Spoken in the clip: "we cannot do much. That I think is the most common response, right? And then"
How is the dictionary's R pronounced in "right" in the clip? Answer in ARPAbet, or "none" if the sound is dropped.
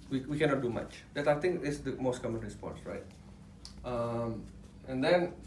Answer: R